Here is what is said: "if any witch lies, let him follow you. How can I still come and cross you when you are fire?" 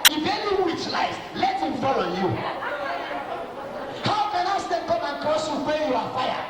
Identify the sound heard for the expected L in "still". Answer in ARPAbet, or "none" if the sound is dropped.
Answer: N